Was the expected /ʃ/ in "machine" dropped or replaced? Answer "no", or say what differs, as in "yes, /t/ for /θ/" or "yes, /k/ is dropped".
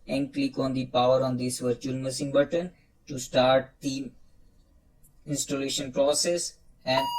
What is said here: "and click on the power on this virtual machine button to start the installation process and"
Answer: yes, /s/ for /ʃ/